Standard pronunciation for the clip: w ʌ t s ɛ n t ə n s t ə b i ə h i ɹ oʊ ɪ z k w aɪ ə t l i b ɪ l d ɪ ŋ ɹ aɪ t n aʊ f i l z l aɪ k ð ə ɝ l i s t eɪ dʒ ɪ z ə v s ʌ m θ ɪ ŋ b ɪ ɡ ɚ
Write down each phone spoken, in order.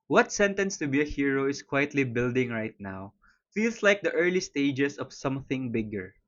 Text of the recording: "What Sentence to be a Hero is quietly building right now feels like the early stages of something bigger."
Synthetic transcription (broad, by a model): w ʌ t s ɛ n t ə n s t ə b i ə h i ɹ oʊ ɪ s k w aɪ ə t l i b ɪ l d ɪ ŋ ɹ aɪ t n aʊ f i l s l aɪ k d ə ɝ l i s t eɪ dʒ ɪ s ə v s ʌ m θ ɪ ŋ b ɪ ɡ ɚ